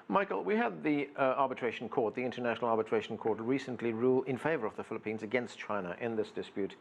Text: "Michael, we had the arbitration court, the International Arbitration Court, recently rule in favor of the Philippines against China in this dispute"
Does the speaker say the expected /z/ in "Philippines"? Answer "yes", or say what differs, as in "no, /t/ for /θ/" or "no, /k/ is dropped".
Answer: yes